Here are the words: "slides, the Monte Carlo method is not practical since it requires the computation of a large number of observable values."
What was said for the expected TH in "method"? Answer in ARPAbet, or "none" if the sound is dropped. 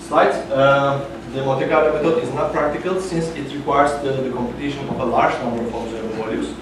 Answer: T